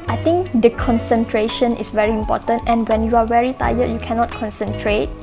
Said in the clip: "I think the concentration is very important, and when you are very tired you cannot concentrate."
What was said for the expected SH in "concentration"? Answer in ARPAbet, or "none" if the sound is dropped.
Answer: SH